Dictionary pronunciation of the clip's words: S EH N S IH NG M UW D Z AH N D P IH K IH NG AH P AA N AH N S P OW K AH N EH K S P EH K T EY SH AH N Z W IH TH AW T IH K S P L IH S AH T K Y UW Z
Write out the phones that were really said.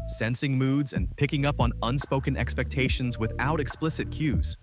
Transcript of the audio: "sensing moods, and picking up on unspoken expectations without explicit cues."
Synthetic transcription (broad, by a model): S EH N S IH NG M UW D Z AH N P IH K IH NG AH P N AH N S P OW K AH N EH K S P EH K T EY SH AH N Z W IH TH AW T IH K S P L IH S AH T K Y UW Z